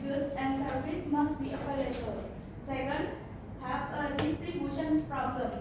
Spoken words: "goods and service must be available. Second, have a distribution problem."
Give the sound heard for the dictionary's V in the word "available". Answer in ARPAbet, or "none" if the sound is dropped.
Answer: P